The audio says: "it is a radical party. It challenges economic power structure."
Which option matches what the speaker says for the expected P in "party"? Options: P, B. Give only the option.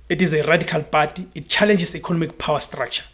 B